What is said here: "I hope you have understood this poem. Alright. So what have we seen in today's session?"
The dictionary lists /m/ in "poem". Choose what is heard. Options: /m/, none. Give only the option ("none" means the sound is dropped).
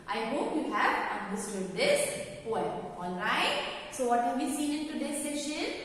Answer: none